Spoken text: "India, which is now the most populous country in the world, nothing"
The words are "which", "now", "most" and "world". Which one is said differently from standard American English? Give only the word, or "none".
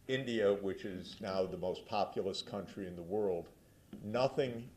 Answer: none